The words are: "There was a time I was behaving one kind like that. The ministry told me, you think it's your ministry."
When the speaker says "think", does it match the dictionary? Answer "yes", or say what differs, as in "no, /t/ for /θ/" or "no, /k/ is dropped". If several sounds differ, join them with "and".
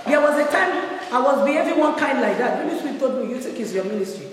no, /t/ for /θ/ and /ŋ/ is dropped